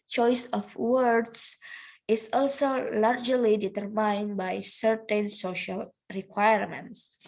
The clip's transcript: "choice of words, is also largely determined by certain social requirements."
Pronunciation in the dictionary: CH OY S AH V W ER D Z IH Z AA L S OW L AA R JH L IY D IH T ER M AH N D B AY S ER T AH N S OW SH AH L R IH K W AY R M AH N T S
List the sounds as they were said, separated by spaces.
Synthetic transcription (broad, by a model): CH OY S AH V W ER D S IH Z AA L S OW L AA R JH L IY D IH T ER M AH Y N B AY S ER T AH N S OW SH AH L R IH K W AY R M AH N T S